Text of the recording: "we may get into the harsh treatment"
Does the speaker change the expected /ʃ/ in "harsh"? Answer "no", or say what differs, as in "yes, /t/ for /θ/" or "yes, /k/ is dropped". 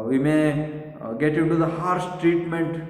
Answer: yes, /s/ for /ʃ/